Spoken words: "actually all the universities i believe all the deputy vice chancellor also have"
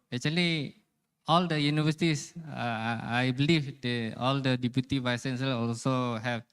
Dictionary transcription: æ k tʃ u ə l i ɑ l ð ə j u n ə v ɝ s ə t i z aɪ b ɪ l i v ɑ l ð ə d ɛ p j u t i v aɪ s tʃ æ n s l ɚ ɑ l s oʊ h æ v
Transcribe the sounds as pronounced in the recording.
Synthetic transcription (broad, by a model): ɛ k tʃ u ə l i ɑ l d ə j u n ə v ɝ s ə t i s aɪ b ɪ l i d ɑ l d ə d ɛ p j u t i v aɪ s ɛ n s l ɑ l s oʊ h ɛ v